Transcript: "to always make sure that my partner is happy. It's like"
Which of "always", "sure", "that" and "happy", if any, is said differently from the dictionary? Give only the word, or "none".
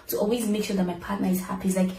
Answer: none